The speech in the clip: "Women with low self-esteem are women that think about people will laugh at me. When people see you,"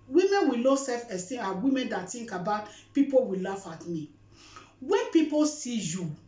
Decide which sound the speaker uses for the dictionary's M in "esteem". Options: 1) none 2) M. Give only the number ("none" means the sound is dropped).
1